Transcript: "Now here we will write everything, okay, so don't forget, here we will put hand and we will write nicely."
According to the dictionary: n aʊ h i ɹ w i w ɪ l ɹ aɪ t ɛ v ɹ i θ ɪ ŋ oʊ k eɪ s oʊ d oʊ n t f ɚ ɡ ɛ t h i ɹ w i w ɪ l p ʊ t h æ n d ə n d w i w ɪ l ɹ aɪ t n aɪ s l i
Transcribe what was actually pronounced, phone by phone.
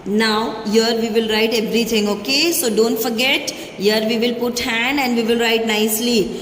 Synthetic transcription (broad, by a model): n aʊ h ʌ ɹ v i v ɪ l ɹ aɪ t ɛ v ɹ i t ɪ ŋ oʊ k eɪ s oʊ d oʊ n t f ɚ ɡ ɛ t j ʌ ɹ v i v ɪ l p ʊ t h æ n d ə n d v i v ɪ l ɹ aɪ t n aɪ s l i